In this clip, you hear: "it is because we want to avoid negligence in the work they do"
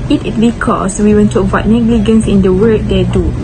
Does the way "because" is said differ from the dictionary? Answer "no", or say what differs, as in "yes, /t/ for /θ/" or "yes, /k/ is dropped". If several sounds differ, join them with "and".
yes, /s/ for /z/